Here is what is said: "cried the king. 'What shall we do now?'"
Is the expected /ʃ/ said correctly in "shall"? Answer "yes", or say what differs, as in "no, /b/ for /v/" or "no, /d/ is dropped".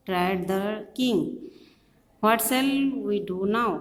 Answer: no, /s/ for /ʃ/